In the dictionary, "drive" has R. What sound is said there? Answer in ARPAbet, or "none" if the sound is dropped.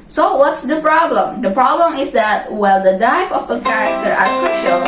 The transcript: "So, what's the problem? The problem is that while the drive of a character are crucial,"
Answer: none